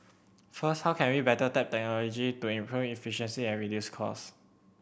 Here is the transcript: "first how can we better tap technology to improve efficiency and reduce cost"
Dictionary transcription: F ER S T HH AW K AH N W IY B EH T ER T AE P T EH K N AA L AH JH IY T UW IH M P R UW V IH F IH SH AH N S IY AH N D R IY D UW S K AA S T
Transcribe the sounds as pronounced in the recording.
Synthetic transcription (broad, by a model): F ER S T HH AW K AH N W IY B EH T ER T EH P T EH K N AA L AH JH IY T UW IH M P R UW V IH F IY SH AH N S IY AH N R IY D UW S K AA S